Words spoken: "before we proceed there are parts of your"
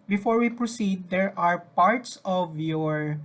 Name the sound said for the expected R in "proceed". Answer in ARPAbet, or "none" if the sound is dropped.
R